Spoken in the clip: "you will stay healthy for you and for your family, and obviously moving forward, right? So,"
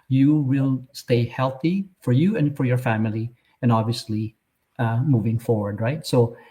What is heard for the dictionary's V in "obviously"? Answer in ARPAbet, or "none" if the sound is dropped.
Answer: V